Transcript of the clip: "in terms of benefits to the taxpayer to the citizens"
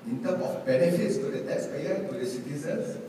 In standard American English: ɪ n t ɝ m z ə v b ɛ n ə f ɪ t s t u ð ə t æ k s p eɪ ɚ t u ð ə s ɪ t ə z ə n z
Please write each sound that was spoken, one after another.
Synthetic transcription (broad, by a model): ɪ n t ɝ m ə f b ɛ n ə f ɪ t s t u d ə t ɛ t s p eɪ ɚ t u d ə s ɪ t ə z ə n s